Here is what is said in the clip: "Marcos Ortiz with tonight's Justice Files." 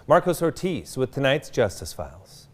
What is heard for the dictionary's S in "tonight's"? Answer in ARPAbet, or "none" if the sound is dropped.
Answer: S